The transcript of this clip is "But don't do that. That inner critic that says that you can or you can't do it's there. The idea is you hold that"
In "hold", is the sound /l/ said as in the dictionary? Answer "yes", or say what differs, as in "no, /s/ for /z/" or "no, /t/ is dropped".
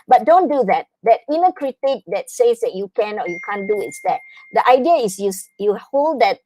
yes